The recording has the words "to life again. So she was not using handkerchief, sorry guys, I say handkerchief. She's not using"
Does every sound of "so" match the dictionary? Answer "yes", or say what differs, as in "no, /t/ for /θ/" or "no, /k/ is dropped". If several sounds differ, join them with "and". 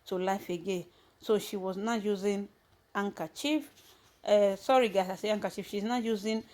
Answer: yes